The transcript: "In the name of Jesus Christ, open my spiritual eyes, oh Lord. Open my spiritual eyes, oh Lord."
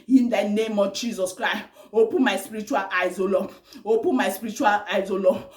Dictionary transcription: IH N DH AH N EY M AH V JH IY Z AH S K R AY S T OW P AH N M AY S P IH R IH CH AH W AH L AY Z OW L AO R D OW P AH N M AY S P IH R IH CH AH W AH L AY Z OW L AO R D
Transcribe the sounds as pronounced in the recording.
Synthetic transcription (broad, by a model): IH N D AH N EY M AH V JH IY Z AH S K R AY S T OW P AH M AY S P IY R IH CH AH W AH L AY Z OW L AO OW P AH M AY S P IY R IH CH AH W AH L AY Z OW L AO